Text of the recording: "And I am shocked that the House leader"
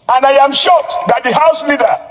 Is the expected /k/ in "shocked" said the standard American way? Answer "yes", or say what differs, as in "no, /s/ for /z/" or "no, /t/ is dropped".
no, /k/ is dropped